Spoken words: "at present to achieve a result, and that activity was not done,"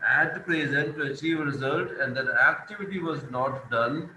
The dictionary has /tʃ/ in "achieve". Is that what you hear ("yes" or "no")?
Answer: yes